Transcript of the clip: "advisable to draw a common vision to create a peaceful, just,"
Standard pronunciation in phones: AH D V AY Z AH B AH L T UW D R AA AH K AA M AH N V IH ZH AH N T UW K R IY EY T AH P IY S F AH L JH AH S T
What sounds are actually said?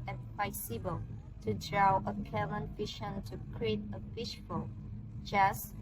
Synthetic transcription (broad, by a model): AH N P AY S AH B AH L T UW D R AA AH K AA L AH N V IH SH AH N T UW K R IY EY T AH F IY SH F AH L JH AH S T